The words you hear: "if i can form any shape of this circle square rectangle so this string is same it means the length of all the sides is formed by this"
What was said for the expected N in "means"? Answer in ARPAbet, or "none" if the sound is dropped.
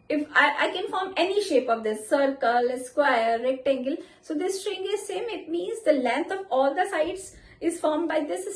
N